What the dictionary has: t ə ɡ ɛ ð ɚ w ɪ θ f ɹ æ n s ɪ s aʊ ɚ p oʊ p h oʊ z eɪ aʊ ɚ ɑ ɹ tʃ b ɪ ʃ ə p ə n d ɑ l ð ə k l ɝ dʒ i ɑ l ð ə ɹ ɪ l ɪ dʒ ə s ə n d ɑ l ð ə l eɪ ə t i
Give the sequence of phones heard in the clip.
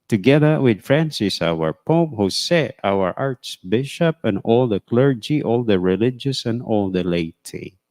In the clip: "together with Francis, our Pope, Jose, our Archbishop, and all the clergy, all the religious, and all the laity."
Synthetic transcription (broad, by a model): t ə ɡ ɛ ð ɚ w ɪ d f ɹ æ n s ɪ s aʊ ɚ p oʊ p h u s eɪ aʊ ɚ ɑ ɹ s b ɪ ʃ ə p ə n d ɑ l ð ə k l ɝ dʒ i ɑ l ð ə ɹ ɪ l ɪ dʒ ə s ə n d ɑ l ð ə l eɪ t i